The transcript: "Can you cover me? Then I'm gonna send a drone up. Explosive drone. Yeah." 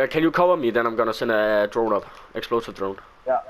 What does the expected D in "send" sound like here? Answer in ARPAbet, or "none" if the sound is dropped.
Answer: none